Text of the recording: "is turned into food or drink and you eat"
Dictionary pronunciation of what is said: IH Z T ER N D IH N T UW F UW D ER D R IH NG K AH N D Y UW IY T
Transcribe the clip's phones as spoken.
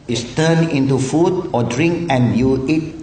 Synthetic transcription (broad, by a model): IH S T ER N IH N T UW F UW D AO D R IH NG K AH N Y UW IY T